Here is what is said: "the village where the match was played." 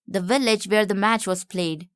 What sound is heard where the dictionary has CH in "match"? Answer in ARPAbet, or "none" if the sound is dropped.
CH